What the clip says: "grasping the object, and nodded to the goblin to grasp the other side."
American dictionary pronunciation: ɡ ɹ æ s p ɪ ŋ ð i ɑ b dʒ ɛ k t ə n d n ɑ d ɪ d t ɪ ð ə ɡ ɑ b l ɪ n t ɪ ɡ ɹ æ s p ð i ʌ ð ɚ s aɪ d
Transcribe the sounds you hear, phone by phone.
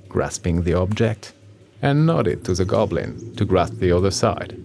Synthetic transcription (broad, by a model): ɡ ɹ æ s p ɪ ŋ ð i ɑ b dʒ ɛ k t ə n n ɑ d ɪ d t ɪ ð ə ɡ ɑ b l ɪ n t ɪ ɡ ɹ æ s p ð i ʌ ð ɚ s aɪ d